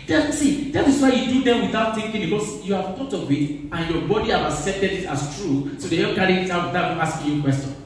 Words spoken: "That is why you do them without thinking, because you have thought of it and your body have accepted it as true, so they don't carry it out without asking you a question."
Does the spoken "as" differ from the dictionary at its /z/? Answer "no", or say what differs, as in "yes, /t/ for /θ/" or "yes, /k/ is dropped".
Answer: yes, /s/ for /z/